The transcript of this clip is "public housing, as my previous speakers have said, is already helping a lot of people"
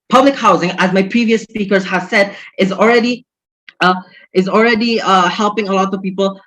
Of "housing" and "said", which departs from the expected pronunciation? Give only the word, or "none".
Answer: none